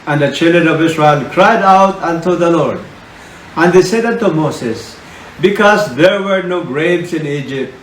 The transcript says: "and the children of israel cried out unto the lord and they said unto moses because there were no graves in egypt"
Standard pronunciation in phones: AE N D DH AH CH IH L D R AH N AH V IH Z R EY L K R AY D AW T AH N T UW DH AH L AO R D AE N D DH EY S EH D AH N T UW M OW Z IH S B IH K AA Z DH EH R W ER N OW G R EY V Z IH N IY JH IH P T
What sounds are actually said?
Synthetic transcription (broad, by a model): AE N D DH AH CH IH L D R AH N AH V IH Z R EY L K R AY D AW T AH N T UW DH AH L AO R D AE N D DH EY S EH D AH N T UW M OW S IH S B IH K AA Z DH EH R W ER N OW G R EY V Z IH N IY JH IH P T